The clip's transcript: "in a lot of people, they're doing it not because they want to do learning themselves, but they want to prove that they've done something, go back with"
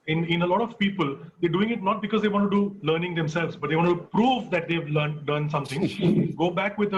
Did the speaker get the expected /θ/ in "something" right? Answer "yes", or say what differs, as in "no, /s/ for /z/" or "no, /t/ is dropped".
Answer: no, /t/ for /θ/